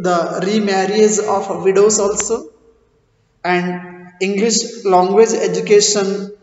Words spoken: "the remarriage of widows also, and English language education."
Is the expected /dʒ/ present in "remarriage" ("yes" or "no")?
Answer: no